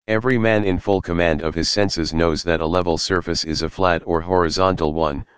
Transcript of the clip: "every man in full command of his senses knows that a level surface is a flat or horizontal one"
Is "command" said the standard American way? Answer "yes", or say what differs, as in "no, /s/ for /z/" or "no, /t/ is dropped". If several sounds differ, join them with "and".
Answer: yes